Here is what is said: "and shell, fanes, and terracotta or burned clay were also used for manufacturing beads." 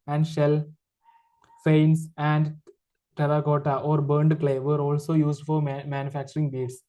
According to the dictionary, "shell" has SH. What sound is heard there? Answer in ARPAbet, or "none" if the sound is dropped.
SH